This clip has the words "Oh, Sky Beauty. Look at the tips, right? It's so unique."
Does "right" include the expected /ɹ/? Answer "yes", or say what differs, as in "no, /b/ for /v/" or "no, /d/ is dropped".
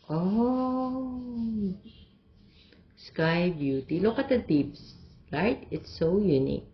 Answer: no, /l/ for /ɹ/